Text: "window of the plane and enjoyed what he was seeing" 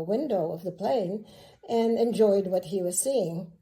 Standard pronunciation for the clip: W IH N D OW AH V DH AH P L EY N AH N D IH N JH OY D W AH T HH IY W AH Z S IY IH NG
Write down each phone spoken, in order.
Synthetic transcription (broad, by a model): W IH N D OW AH V DH AH P L EY N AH N IH N JH OY D W AH T HH IY W AH Z S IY IH NG